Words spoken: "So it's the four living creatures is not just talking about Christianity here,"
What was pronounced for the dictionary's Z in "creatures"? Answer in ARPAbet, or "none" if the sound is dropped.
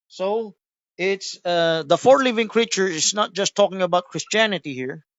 none